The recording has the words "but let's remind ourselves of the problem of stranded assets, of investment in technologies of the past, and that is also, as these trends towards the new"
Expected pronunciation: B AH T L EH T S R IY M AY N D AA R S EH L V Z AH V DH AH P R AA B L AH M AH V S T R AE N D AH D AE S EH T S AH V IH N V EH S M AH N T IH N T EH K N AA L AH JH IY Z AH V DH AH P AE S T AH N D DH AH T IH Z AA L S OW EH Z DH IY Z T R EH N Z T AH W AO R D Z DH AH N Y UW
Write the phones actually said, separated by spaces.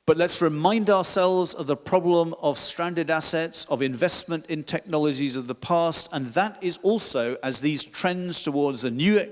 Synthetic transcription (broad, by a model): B AH T L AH T S R IY M AY N D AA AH S EH L V Z AH V DH AH P R AA B L AH M AH V S T R AE N D AH D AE S EH T S AH V IH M V EH S M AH N T IH N T EH K N AA L AH JH IY Z AH V DH AH P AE S T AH N DH AH T IH Z AA L S OW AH Z DH IY Z T R EH N Z T AH W AO R D Z DH AH N Y UW